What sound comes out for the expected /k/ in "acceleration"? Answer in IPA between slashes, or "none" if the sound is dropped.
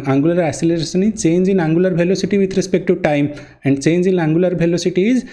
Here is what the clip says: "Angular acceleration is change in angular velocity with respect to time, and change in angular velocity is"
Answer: none